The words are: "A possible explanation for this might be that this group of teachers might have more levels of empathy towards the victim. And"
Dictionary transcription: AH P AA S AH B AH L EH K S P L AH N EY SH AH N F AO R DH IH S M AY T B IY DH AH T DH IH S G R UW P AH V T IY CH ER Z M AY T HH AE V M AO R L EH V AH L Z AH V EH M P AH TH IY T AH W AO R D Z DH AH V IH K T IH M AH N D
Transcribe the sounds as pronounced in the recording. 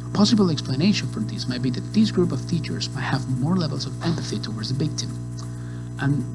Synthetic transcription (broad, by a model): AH P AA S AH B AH L EH K S P L AH N EY SH AH N F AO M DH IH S M AY T B IY DH AH T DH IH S G R UW P AH V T IY CH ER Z M AY T HH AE V M AO R L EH V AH L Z AH V EH M P AH TH IY T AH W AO R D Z DH AH B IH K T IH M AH N